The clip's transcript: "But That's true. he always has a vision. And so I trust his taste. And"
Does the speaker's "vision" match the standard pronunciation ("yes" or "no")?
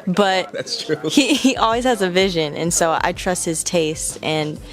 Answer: yes